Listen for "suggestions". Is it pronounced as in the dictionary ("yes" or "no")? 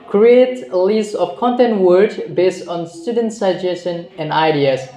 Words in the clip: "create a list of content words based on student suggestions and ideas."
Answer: no